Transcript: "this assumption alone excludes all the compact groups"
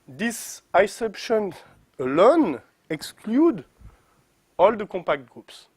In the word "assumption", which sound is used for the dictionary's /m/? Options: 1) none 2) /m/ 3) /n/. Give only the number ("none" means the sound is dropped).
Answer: 1